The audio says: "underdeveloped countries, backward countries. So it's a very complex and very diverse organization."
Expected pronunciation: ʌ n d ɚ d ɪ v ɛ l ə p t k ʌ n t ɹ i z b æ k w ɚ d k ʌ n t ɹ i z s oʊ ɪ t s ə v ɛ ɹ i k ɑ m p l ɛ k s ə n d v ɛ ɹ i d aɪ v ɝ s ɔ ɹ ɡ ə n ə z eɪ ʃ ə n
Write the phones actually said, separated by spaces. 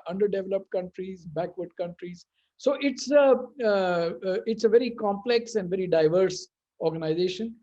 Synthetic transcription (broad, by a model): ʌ n d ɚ d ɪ v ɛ l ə p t k ʌ n t ɹ i z b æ k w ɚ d k ʌ n t ɹ i z s oʊ ɪ t s ə v ɛ ɹ i k ɑ m p l ɛ k s ə n d v ɛ ɹ i d aɪ v ɝ s ɔ ɹ ɡ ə n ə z eɪ ʃ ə n